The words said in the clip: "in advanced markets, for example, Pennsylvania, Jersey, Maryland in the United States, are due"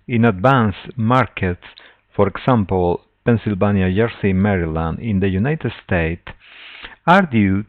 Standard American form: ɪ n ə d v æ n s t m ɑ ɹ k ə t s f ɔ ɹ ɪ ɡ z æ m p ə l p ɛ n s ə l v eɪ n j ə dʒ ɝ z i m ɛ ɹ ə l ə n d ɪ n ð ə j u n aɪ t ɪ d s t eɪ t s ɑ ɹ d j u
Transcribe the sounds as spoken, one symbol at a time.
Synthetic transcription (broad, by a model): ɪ n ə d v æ n s m ɑ ɹ k ə t s f ɔ ɹ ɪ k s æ m p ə l p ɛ n s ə l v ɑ n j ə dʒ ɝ s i m ɛ ɹ ə l ə n d ɪ n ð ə j u n aɪ t ɪ d s t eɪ t ɑ ɹ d j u